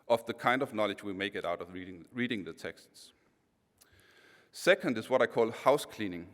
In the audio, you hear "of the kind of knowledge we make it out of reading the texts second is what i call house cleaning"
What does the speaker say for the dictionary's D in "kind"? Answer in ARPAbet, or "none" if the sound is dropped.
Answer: D